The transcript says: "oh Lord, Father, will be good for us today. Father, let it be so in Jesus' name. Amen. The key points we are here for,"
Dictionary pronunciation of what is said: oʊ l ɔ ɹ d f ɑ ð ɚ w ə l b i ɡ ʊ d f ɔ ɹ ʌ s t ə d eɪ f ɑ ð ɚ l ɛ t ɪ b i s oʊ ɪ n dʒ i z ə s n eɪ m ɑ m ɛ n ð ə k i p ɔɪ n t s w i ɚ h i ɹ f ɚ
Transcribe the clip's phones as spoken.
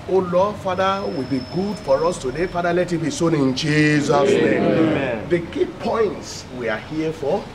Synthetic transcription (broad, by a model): oʊ l ɔ f ɑ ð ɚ w ə l b i ɡ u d f ɔ ɹ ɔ s t ə d eɪ f ɑ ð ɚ l ɛ t ɪ b i s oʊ ɪ n dʒ i z ə s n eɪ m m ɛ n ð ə k i p ɔɪ n t s w i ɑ h i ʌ f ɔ